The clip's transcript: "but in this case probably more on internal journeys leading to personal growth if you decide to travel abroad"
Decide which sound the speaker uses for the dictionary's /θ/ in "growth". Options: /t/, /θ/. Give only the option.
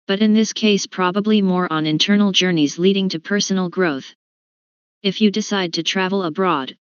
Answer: /θ/